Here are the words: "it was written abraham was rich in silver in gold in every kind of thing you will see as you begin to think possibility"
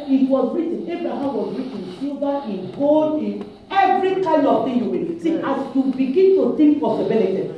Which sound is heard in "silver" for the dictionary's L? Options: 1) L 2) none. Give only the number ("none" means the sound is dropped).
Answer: 2